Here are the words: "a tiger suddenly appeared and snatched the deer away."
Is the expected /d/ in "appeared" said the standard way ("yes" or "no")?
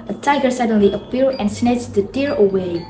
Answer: no